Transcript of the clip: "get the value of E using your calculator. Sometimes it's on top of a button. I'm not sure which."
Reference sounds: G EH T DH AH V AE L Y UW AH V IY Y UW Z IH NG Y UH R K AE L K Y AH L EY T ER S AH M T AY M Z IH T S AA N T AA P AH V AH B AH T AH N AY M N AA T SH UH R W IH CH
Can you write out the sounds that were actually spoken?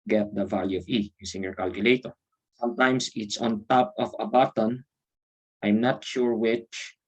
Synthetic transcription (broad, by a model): G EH T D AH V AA L Y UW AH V IY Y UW S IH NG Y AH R K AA L K Y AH L EY T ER S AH M T AY M S IH T S AA N T AA P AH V AH B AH T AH N AY M N AA T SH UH R W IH CH